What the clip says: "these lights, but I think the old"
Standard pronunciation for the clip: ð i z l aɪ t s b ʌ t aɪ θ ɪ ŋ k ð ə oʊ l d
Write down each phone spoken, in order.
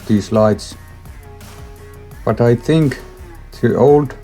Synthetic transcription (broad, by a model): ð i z l aɪ t s b ʌ t aɪ θ ɪ ŋ k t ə oʊ l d